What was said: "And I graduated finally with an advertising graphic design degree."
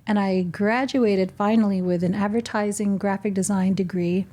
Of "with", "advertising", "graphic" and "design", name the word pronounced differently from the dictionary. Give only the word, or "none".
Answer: none